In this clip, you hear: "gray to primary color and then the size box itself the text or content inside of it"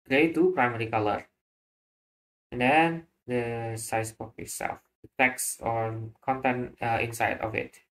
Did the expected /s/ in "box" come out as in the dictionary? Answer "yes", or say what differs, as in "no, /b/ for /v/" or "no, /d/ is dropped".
no, /s/ is dropped